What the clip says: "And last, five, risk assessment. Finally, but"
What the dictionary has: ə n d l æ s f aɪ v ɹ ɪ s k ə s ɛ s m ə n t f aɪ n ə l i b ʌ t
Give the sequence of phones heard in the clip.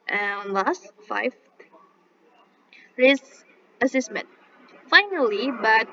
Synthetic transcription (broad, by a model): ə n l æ s f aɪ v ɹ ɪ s ə s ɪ s m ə n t f aɪ n ə l i b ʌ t